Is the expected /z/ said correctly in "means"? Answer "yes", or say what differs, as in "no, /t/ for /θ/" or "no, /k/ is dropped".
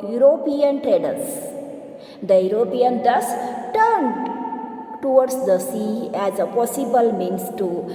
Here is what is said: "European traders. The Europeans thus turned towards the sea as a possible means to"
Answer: no, /s/ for /z/